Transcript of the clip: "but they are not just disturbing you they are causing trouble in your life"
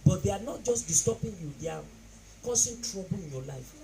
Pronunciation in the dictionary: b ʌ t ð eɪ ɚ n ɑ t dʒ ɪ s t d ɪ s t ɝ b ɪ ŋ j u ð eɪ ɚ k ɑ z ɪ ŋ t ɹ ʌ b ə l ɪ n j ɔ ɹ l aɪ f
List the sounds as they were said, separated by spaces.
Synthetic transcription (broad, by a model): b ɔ t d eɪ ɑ n ɑ t dʒ ɪ s t d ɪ s t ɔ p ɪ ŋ j u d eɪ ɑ k ɑ s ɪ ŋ t ɹ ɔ b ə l ɪ n j ɔ l aɪ f